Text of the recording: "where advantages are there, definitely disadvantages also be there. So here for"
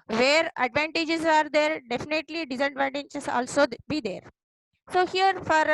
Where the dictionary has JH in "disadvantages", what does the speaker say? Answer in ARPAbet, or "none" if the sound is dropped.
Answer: CH